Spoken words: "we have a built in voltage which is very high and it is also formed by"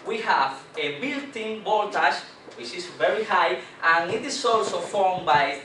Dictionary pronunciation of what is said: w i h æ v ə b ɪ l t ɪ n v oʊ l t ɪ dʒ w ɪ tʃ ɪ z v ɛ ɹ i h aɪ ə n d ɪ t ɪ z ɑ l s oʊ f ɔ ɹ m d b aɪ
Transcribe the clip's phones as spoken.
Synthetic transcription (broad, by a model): w i h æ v ə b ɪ l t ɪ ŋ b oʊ l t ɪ ʃ w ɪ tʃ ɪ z v ɛ ɹ i h aɪ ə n ɪ t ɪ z ɑ l s oʊ f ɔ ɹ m b aɪ